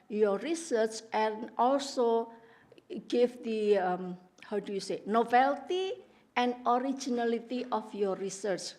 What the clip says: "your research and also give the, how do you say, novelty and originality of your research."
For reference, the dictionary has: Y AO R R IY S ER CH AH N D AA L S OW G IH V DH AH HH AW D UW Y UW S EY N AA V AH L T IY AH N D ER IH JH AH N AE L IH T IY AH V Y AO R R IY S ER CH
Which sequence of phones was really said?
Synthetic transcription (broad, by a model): Y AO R R IY S ER CH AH N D AA L S OW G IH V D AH HH AW D UW Y UW S EY N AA B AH L T IY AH N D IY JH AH N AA L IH T IY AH F Y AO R R IY S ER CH